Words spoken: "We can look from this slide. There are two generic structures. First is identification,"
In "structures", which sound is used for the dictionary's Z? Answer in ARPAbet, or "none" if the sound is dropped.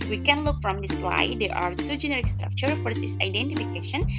none